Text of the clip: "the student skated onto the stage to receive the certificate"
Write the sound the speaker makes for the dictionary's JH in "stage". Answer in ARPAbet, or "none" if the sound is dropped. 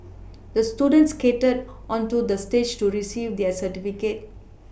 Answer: JH